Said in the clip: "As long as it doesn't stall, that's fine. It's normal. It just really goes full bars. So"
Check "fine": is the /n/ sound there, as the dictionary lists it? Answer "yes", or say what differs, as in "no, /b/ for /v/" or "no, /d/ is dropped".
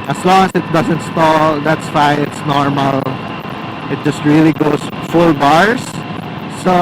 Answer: no, /n/ is dropped